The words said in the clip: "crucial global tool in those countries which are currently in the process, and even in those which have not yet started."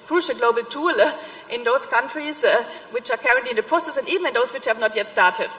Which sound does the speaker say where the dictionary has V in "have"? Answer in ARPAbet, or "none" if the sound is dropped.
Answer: V